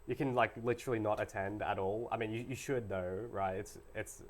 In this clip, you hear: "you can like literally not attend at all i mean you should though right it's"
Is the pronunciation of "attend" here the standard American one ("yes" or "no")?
yes